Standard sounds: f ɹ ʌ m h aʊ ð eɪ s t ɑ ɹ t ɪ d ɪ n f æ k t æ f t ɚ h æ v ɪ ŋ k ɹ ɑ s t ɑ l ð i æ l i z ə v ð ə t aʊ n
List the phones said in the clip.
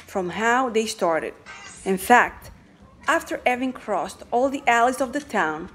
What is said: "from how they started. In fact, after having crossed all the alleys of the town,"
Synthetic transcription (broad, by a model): f ɹ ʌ m h aʊ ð eɪ s t ɑ ɹ t ɪ d ɪ n f æ k t æ f t ɚ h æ v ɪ ŋ k ɹ ɑ s t ɑ l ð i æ l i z ə v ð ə t aʊ n